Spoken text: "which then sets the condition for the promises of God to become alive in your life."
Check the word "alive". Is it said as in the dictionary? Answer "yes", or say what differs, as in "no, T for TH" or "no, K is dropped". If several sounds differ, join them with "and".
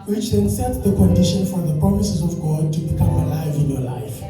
yes